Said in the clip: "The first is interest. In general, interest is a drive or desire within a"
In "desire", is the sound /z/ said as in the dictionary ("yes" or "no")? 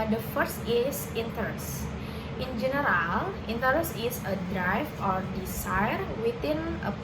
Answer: no